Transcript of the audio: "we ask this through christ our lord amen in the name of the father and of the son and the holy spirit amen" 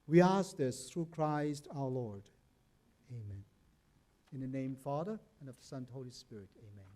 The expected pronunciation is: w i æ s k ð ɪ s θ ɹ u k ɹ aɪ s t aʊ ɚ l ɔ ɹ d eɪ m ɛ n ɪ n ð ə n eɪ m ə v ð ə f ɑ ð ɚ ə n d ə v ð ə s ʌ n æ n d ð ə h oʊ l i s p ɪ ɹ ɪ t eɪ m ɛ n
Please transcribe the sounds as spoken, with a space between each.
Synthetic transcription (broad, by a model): w i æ s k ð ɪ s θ ɹ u k ɹ aɪ s t aʊ ɚ l ɔ ɹ d eɪ m ɛ n ɪ n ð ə n eɪ ə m f ɑ ð ɚ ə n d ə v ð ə s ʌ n n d h oʊ l i s p ɪ ɹ ɪ t eɪ m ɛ n